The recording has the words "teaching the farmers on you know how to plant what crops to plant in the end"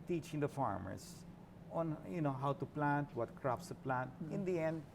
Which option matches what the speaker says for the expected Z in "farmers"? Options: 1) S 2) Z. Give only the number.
1